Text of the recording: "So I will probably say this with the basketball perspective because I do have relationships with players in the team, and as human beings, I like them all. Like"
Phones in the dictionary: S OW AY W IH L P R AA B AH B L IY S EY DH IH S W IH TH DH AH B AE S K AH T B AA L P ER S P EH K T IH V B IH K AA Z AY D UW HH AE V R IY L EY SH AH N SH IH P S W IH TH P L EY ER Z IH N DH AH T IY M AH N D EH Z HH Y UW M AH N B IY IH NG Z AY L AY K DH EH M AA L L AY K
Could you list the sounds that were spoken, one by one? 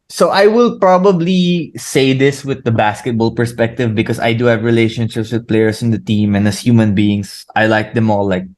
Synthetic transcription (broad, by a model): S OW AY W IH L P R AA B AH B L IY S EY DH IH S W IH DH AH B AE S K AH T B AA L P ER S P EH K T IH V B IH K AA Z AY D UW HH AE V R IY L EY SH AH N SH IH P S W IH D P L EY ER S IH N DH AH T IY M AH N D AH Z HH Y UW M AH N B IY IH NG S AY L AY K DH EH M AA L L AY K